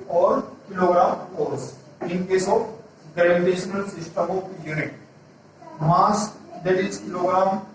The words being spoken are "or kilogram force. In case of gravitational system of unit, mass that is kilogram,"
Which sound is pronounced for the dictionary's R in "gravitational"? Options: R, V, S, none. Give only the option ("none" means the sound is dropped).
none